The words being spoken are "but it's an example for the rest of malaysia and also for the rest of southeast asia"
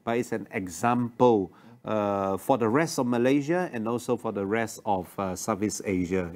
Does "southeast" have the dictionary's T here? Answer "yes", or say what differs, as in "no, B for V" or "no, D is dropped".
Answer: no, T is dropped